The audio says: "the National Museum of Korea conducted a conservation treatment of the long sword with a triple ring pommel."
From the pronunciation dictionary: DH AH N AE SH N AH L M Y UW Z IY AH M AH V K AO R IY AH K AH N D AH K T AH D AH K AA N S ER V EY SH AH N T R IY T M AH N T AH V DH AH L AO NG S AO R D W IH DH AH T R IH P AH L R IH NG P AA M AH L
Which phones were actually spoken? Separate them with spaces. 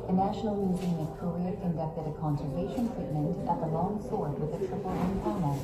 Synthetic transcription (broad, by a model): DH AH N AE SH N L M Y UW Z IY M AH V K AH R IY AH K AH N D AH K T AH D AH K AA N S ER V EY SH AH N T R IY T M AH N T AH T DH AH L AO NG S AO R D W IH DH AH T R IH F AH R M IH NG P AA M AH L